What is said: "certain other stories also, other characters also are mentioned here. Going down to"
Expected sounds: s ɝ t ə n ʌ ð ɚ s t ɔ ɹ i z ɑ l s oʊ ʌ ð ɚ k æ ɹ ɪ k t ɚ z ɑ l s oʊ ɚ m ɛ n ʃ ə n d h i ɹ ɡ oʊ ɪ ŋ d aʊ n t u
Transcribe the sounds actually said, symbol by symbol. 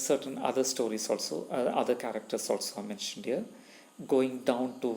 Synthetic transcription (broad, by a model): s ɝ t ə n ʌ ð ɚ s t ɔ ɹ i s ɑ l s oʊ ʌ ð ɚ k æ ɹ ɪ k t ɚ s ɑ l s oʊ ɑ m ɛ n ʃ ə n d h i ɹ ɡ oʊ ɪ ŋ d aʊ n t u